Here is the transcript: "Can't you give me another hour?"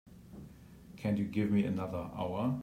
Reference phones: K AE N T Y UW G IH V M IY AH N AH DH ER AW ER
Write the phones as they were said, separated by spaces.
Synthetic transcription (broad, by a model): K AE N Y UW G IH V M IY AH N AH DH ER AW ER